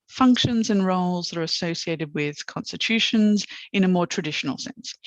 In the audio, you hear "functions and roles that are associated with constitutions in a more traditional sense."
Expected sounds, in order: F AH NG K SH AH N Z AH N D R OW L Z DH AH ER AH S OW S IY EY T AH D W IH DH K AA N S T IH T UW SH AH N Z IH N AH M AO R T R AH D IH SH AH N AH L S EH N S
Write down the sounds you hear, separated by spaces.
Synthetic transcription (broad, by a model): F AH NG K SH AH N Z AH N R OW L Z DH AH ER AH S OW S IY EY T AH D W IH DH K AA N S T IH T UW SH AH N Z IH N AH M AO T R AH D IH SH AH N AH L S EH N S